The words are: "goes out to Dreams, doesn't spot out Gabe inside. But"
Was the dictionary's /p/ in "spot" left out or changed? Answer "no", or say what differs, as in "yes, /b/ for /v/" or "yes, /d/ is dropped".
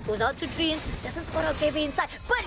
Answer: yes, /p/ is dropped